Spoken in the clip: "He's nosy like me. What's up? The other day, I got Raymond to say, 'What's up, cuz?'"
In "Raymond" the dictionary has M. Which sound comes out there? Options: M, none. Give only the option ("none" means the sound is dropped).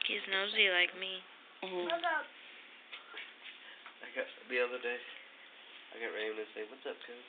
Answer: none